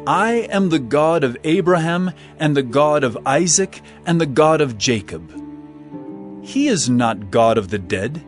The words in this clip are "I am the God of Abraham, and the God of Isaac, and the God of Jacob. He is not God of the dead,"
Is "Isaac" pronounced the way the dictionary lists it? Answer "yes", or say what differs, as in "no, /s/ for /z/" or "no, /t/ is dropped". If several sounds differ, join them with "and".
yes